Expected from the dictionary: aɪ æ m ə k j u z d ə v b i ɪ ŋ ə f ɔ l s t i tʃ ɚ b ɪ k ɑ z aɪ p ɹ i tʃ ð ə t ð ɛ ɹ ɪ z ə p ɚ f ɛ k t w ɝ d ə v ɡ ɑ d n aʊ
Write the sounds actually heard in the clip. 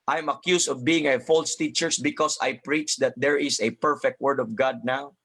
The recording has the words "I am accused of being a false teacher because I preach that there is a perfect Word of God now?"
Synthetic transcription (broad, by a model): aɪ m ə k j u s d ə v b i ɪ ŋ ə f ɔ l s t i tʃ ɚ b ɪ k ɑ s aɪ p ɹ i tʃ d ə t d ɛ ɹ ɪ s ə p ɚ f ɛ k t w ɝ d ə v ɡ ɑ d n aʊ